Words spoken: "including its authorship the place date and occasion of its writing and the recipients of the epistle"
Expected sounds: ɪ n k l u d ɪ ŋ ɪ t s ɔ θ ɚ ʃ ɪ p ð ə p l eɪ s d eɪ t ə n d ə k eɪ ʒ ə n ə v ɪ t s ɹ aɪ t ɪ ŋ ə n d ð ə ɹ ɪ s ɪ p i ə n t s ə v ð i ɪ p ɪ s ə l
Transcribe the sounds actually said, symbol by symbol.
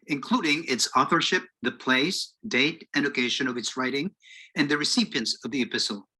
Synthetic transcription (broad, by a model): ɪ n k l u d ɪ ŋ ɪ t s ɔ θ ɚ ʃ ɪ p ð ə p l eɪ s d eɪ t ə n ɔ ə k eɪ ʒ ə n ə v ɪ t s ɹ aɪ t ɪ ŋ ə n ð ə ɹ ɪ s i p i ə n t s ə v ð i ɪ p ɪ s l